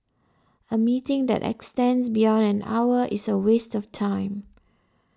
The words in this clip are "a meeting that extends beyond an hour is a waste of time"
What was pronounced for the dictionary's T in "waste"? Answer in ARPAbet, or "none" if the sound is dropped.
T